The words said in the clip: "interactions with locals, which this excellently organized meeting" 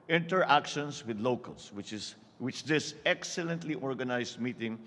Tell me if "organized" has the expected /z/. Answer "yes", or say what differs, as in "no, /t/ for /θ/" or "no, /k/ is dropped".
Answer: no, /s/ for /z/